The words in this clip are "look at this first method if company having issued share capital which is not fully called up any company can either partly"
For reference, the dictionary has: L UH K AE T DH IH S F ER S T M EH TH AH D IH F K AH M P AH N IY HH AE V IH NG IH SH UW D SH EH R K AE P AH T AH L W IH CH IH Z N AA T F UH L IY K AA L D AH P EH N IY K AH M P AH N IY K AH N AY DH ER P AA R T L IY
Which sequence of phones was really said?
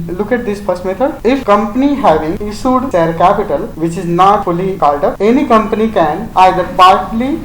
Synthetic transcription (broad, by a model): L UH K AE T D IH S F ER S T M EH T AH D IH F K AH M P AH N IY HH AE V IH NG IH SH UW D S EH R K AE P AH T AH L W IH CH IH Z N AA T F UH L IY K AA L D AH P EH N IY K AH M P AH N IY K AH N AY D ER P AA R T L IY